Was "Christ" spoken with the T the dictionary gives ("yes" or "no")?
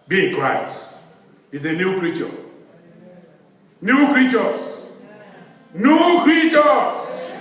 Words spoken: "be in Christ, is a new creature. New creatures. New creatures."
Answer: no